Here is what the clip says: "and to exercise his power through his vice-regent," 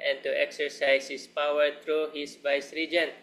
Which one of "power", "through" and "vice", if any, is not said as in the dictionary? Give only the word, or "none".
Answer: through